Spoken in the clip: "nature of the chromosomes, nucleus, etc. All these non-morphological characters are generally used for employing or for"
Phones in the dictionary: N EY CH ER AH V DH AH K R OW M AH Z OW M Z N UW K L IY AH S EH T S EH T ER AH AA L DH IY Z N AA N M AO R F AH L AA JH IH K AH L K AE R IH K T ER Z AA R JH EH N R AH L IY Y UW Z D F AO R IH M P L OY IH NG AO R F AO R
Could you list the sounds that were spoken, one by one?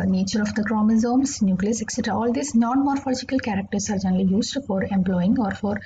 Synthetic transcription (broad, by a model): N EY CH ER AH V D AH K R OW M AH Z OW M S N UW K L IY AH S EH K S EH T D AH AA L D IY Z N AA N M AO R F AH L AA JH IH K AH L K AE R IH K T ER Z AA R JH EH N R AH L IY Y UW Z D F AO R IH M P L OY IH NG AO R F AO R